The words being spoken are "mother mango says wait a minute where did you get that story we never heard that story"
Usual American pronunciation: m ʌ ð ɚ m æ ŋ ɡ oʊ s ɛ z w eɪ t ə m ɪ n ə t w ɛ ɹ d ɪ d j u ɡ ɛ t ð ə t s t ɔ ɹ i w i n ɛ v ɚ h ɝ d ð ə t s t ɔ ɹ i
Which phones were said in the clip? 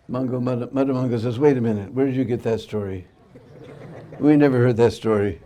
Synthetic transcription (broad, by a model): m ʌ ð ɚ m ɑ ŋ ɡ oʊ s ɛ z w eɪ t ə m ɪ n ə t w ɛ ɹ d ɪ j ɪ ɡ ɛ t ð ə t s t ɔ ɹ i w i n ɛ v ɚ h ɝ d ð ə t s t ɔ ɹ i